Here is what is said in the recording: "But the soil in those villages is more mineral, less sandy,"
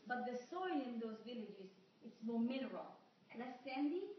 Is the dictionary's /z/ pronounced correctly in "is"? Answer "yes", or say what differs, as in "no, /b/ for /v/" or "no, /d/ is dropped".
no, /s/ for /z/